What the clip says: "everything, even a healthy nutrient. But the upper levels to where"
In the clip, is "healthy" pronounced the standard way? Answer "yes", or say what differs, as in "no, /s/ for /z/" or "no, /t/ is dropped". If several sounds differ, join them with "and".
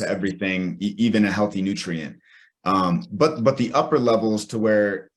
yes